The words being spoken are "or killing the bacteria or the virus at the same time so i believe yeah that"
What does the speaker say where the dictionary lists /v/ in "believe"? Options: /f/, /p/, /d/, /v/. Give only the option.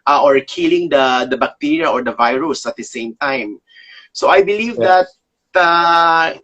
/v/